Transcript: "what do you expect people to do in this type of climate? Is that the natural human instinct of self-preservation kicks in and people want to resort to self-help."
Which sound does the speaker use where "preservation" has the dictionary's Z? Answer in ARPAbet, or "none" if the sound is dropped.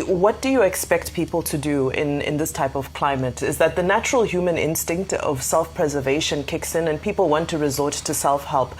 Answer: Z